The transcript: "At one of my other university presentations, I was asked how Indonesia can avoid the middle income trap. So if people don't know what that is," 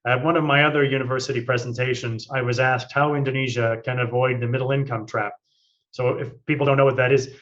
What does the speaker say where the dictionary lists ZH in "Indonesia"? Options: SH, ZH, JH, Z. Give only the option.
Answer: ZH